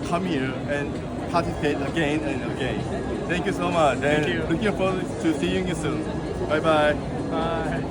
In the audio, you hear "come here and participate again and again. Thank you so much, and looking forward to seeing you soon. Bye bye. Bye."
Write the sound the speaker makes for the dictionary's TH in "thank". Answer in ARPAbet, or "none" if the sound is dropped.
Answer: T